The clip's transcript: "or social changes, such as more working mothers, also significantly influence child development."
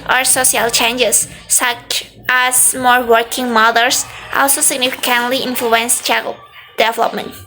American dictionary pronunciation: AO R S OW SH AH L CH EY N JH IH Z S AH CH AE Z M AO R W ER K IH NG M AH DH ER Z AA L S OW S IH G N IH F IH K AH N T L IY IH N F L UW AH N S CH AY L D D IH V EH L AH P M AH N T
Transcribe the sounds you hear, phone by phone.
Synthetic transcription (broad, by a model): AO R S OW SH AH L CH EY N JH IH S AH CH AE S M AO R W ER K IH NG M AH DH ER S AA L S OW S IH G N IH F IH K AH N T L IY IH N F L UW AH N S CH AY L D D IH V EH L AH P M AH N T